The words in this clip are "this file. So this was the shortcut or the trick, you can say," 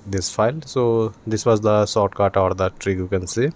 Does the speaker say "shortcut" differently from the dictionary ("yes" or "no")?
yes